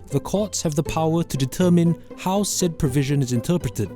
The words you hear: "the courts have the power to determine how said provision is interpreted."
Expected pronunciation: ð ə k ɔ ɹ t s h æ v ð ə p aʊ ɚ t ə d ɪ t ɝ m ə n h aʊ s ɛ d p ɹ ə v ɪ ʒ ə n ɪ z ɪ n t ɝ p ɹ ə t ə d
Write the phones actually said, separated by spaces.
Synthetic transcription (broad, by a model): ð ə k ɔ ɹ t s h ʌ v ð ə p aʊ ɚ t ə d ɪ t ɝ m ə n h aʊ s ɛ d p ɹ ə v ɪ ʒ ə n ɪ z ɪ n t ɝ p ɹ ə t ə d